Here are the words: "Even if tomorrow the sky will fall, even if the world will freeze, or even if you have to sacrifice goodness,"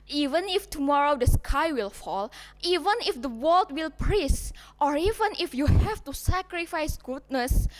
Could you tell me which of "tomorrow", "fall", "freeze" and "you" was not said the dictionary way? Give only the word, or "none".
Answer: freeze